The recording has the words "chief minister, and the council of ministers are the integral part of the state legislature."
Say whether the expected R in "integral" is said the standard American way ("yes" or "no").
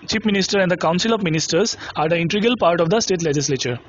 no